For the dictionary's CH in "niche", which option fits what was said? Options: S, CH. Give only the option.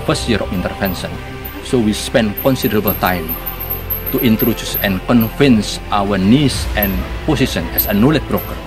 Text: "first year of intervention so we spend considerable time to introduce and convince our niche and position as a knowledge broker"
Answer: S